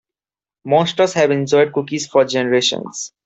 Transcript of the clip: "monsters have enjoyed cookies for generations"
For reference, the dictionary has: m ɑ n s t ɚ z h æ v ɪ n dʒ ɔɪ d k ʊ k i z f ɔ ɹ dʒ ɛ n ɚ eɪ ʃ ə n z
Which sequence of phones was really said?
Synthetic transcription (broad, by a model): m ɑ s t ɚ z h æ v ɪ n dʒ ɔɪ d k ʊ k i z f ɔ ɹ dʒ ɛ n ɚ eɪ ʃ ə n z